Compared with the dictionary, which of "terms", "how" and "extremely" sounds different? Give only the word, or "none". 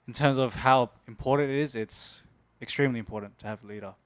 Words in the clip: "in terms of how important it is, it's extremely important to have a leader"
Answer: none